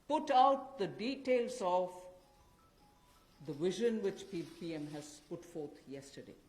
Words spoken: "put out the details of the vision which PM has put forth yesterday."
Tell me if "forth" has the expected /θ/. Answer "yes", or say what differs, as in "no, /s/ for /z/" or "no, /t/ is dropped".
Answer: no, /t/ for /θ/